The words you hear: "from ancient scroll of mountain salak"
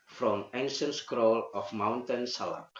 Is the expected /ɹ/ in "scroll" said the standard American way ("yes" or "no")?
yes